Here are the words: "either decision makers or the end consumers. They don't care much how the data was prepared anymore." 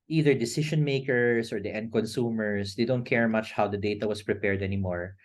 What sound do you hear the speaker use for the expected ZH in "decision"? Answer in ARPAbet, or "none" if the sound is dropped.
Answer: SH